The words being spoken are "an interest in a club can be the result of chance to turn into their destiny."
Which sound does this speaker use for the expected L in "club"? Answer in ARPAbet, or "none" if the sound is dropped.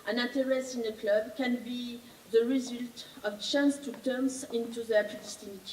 L